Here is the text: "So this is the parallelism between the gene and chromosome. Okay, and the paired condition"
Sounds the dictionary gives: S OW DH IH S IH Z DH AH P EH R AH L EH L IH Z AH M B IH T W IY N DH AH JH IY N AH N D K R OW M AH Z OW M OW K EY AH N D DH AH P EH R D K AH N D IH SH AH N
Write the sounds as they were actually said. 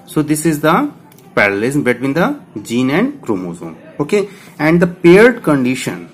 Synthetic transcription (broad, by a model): S OW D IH S IH Z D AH P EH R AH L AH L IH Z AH M B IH T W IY N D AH JH IY N AH N D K R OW M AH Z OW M OW K EY AH N D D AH P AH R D K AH N D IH SH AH N